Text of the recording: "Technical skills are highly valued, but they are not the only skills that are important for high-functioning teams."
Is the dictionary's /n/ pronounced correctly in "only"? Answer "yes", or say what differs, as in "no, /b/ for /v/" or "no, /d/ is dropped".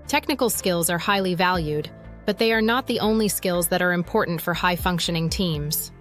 yes